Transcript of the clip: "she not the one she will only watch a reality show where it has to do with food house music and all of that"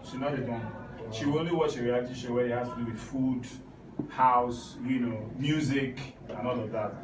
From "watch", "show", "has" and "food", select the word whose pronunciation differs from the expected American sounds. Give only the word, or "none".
has